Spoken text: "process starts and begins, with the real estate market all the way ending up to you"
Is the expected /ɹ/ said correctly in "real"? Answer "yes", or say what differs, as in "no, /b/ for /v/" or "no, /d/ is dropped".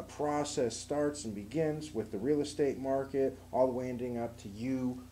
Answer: yes